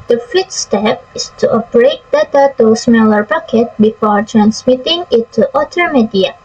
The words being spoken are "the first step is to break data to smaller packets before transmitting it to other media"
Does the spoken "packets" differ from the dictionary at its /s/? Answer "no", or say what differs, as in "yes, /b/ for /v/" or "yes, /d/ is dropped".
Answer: yes, /s/ is dropped